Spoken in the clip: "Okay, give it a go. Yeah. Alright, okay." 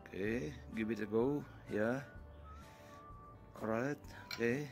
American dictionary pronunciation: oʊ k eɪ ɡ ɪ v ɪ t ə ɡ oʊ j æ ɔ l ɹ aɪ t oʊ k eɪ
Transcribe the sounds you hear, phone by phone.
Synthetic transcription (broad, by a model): k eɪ ɡ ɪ b ɪ t ə ɡ oʊ j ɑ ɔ ɹ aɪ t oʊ k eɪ